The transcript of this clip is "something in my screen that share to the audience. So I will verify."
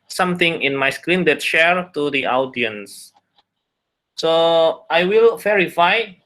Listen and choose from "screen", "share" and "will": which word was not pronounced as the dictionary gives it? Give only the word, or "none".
none